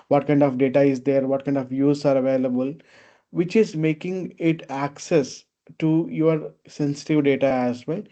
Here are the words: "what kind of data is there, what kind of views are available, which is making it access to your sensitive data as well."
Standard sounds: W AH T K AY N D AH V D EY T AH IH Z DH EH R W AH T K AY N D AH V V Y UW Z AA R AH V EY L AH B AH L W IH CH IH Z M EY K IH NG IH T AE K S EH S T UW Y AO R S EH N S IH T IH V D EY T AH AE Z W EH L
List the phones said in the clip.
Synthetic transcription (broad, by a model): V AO T K AY N D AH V D EY T AH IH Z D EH R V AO T K AY N D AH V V Y UW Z AA R AH V EY L AH B AH L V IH CH IH Z M EY K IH NG IH T AE K S EH S T UW Y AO R S EH N S IH T IH V D EY T AH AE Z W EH L